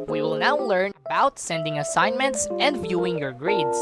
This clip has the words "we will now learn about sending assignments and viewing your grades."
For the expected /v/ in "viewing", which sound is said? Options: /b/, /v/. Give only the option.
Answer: /v/